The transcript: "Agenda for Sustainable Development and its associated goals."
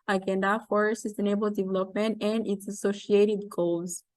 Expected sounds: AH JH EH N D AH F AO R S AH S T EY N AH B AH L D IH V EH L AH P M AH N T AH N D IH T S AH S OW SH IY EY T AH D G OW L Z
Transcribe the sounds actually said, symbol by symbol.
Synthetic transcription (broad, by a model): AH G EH N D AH F AO R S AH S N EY AH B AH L D IH V EH L AH P M AH N T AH N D IH T S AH S OW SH IY EY T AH D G OW L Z